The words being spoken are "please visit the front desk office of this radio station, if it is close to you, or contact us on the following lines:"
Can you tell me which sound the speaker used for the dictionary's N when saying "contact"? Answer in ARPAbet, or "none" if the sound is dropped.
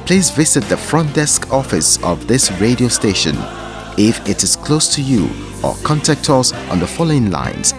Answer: N